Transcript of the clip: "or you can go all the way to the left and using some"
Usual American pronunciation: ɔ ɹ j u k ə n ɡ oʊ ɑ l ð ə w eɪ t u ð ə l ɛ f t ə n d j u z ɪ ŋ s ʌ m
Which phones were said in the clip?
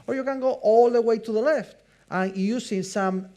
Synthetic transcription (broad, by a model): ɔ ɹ j u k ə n ɡ oʊ ɑ l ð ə w eɪ t u ð ə l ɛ f t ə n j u s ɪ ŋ s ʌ m